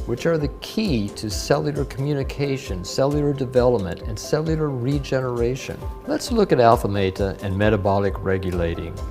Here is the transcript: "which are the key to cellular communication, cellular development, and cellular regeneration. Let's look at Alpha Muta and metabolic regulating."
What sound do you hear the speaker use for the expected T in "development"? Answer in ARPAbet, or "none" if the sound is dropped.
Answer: T